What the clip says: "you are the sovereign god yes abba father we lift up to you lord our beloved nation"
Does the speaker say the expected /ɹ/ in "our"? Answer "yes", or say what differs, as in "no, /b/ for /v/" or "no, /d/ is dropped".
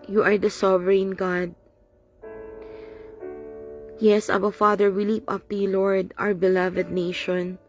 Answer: no, /w/ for /ɹ/